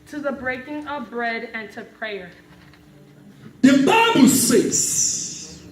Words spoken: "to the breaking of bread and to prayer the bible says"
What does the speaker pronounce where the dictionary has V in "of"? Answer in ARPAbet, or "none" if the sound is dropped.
V